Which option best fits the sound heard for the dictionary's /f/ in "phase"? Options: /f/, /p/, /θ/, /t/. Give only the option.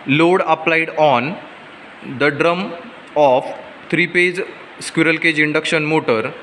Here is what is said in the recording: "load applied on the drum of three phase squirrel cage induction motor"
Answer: /p/